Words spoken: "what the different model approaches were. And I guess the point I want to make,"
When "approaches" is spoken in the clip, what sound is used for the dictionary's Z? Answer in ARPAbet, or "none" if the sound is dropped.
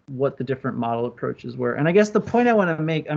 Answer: Z